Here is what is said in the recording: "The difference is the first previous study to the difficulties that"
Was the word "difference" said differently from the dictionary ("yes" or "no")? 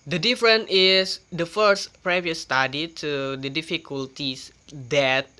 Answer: yes